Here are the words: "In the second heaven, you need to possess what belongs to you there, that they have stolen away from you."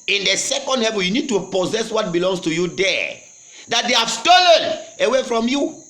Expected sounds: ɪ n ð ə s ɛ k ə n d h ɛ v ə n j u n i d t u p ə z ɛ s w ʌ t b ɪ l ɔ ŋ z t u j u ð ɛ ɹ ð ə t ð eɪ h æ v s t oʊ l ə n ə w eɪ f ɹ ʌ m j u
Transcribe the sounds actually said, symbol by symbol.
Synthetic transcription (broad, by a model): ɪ n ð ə s ɛ k ə n d h ɛ v ə n j u n i d t u p ə z ɛ s w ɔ t b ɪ l ɔ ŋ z t u j u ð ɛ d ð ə t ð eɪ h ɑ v s t oʊ l ə n ə w eɪ f ɹ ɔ m j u